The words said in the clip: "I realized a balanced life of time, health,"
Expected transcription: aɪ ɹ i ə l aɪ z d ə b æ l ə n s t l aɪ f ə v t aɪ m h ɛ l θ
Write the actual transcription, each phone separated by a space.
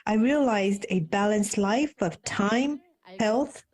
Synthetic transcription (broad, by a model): aɪ ɹ i ə l aɪ z d ə b æ l ə n s t l aɪ f ə v t aɪ m h ɛ l θ